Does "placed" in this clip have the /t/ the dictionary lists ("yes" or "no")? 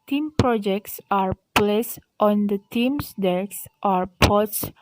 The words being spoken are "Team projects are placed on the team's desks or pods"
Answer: yes